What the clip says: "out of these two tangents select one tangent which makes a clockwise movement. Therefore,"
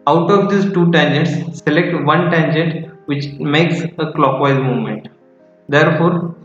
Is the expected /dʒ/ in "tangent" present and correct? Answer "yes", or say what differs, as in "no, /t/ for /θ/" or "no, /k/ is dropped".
yes